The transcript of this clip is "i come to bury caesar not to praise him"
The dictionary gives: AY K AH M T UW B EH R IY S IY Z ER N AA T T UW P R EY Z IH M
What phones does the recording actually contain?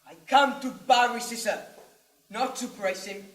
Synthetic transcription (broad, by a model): AY K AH M T UW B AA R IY S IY S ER N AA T T UW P R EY S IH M